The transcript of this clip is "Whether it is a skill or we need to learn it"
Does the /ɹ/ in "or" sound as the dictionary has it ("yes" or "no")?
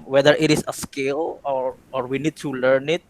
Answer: yes